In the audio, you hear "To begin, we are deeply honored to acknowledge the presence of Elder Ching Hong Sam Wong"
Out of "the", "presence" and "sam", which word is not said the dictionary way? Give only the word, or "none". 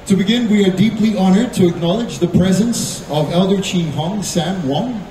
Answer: none